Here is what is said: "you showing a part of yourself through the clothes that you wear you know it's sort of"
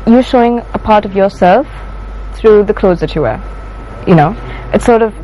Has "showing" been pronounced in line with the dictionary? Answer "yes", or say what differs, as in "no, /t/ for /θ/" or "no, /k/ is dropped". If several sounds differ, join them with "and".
yes